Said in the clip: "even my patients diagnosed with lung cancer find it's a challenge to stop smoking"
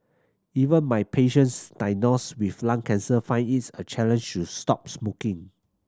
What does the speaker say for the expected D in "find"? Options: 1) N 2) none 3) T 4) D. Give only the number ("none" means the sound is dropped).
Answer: 2